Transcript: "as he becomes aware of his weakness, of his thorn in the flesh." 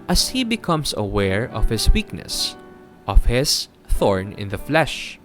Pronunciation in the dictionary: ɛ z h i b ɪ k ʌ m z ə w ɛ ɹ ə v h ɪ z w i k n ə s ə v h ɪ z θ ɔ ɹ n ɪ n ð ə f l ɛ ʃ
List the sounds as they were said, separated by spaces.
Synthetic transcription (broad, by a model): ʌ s h i b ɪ k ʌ m s ə w ɛ ɹ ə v h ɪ s w i k n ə s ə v h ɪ s θ ɔ ɹ n ɪ n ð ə f l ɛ ʃ